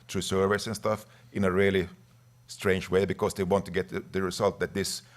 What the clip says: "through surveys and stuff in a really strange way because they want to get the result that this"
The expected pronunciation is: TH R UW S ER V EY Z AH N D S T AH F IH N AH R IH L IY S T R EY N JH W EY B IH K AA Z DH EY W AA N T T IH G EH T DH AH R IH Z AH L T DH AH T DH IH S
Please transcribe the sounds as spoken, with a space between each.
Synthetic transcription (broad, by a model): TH R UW S ER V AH S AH N S T AH F IH N AH R IH L IY S T R EY N JH W EY B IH K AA S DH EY W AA N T T IH G EH T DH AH R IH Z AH L T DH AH T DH IH S